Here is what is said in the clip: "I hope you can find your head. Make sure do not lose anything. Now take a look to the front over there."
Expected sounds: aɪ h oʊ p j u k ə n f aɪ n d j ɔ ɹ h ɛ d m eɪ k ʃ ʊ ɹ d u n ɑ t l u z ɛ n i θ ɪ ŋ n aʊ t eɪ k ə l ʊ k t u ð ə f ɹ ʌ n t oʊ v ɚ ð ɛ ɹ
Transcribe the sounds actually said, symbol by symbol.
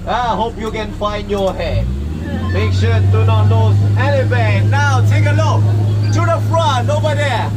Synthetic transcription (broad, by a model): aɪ h oʊ p j u k ə n f aɪ n d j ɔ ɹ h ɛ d m eɪ k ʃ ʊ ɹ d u n ɑ t n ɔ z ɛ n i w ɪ n aʊ t eɪ k ə l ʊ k t u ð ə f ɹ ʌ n oʊ b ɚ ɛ